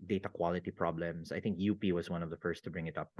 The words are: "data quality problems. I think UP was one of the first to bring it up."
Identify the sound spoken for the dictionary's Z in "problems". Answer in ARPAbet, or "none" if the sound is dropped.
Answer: S